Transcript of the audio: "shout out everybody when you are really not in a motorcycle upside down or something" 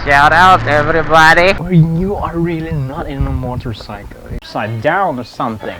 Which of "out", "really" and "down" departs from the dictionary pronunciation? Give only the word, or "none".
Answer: none